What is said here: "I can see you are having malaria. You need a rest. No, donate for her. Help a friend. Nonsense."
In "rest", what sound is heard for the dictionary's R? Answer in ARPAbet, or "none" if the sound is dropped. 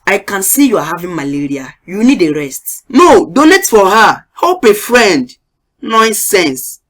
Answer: R